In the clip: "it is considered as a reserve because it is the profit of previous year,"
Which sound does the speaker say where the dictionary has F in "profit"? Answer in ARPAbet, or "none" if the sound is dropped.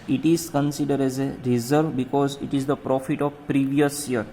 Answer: F